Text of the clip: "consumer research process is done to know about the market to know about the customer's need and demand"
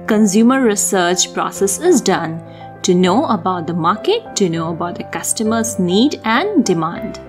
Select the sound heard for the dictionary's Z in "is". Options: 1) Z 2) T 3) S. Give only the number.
1